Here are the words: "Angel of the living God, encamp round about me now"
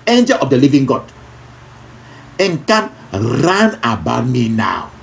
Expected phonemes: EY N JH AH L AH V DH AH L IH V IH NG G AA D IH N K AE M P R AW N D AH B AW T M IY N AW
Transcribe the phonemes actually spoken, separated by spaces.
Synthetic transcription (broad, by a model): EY N JH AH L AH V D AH L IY V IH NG G AA D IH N K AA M R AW N AH B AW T M IY N AW